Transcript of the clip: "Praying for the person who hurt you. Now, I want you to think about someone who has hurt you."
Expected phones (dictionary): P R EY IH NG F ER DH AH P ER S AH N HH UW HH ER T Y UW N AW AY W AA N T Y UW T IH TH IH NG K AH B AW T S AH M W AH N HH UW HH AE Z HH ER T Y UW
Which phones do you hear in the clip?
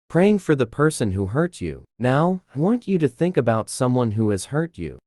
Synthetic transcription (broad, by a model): P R EY IH NG F ER DH AH P ER S AH N HH UW HH ER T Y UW N AW AY W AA N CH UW T IH TH IH NG K AH B AW T S AH M W AH N HH UW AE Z HH ER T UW